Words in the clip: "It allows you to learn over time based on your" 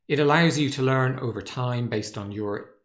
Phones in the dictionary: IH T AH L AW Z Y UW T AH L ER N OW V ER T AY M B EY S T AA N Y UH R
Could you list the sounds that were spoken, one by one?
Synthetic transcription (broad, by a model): IH T AH L AW Z Y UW T AH L ER N OW V ER T AY M B EY S T N Y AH R